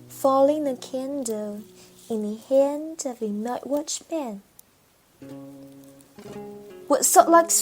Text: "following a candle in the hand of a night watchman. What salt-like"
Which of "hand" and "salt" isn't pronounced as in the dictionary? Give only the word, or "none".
salt